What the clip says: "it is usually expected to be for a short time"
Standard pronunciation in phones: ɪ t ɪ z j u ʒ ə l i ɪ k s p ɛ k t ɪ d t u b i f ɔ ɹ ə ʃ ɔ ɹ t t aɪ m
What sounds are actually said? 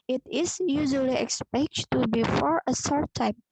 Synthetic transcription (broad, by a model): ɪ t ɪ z j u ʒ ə l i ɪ k s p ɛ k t t u b i f ɔ ɹ ə s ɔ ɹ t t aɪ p